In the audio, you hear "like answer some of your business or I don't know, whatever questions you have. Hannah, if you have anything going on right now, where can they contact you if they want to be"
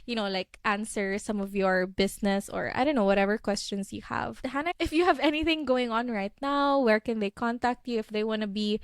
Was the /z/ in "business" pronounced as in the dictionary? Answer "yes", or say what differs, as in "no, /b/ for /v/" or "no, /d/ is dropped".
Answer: no, /s/ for /z/